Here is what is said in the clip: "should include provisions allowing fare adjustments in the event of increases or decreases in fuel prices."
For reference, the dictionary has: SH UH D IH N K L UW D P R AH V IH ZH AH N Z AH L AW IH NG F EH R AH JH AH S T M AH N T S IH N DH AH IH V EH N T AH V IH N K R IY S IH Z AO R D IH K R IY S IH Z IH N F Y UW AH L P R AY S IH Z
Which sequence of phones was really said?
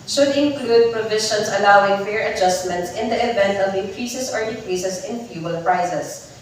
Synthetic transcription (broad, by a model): SH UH D IH N K L UW D P R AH V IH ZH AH N S AH L AW IH NG F EH R AH JH AH S T M AH N T S IH N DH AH IH V EH N T AH V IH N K R IY S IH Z AO R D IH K R IY S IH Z IH N F Y UW AH L P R AY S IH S